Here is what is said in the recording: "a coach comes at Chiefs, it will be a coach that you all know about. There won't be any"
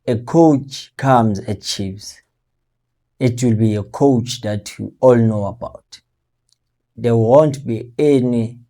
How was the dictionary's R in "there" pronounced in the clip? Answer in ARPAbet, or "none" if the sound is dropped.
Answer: W